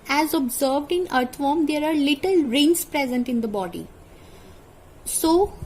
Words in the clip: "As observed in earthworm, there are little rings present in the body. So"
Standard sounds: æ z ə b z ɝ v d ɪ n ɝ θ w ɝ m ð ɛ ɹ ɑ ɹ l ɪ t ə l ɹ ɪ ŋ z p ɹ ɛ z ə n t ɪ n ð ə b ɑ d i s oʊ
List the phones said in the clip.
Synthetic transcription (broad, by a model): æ z ə b z ɝ v d ɪ n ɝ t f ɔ m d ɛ ɹ ɑ ɹ l ɪ t ə l ɹ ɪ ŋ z p ɹ ɛ z ə n t ɪ n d ə b ɑ d i s oʊ